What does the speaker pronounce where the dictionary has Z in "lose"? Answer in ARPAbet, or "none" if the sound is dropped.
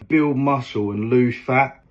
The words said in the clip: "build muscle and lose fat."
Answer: none